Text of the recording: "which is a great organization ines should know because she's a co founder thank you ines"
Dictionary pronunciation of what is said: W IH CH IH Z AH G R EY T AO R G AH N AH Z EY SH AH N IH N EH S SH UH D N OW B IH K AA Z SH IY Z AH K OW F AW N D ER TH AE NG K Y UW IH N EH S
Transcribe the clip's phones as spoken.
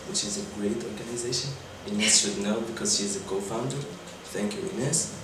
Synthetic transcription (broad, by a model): W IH CH IH Z AH G R EY T AO R G AH N AH Z EY SH AH N IH N EH S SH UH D N OW B IH K AA Z SH IY Z AH K OW F AW N D ER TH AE NG K Y UW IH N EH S